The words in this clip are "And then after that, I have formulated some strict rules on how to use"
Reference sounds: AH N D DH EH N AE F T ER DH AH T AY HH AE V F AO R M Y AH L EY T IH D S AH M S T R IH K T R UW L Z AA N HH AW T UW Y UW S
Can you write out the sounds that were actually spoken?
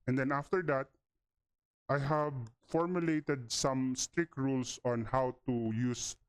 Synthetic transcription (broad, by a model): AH N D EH N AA F T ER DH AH T AY HH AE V F AO R M Y AH L EY T IH D S AH M S T R IH K T R UW L S AA N HH AW T UW Y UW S